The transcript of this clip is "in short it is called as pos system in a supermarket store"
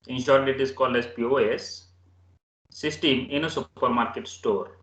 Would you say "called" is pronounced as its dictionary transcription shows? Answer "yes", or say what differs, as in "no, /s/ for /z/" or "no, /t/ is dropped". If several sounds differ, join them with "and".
yes